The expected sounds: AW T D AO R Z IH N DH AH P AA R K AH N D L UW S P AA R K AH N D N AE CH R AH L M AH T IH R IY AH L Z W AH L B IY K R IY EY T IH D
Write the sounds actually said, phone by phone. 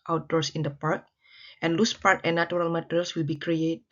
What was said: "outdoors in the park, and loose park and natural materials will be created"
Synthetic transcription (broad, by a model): AW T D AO R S IH N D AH P AA R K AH N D L UW S P AA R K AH N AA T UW R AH L M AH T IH R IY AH L S W AH L B IY K R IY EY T